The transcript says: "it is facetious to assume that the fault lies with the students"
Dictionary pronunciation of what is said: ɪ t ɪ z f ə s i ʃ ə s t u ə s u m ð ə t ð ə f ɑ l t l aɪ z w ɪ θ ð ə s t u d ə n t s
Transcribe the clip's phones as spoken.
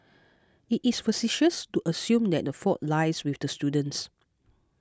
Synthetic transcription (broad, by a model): ɪ t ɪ s f ə s i ʃ ə s t u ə s u m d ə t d ə f ɑ t l aɪ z w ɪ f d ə s t u d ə n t s